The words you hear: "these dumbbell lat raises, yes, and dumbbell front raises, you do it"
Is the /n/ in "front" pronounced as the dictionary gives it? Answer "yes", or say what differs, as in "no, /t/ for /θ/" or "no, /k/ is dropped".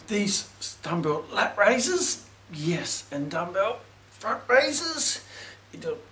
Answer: yes